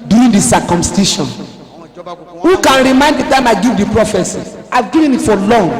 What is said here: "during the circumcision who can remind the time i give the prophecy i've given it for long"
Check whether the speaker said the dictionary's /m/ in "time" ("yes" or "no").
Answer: yes